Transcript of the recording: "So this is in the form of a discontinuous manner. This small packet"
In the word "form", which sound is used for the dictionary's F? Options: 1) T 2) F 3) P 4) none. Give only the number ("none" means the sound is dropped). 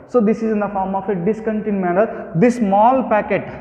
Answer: 2